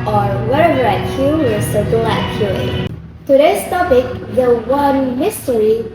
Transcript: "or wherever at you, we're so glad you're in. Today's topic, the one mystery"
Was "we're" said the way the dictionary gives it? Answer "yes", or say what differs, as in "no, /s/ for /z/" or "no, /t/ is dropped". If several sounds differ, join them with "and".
no, /l/ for /ɹ/